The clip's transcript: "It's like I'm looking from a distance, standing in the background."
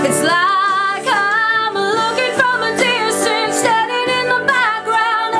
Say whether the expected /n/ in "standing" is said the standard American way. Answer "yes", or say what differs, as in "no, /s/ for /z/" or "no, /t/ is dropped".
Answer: no, /n/ is dropped